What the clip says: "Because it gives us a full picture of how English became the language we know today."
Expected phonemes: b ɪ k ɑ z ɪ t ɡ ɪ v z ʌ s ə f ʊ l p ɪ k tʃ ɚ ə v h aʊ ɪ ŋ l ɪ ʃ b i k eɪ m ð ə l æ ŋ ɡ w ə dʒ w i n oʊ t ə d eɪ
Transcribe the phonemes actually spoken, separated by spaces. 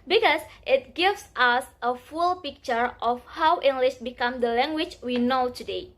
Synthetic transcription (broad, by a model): b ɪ k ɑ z ɪ t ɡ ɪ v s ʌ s ə f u l p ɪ k tʃ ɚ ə f h aʊ ɪ ŋ l ɪ ʃ b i k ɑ m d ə l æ ŋ ɡ w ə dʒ w i n oʊ t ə d eɪ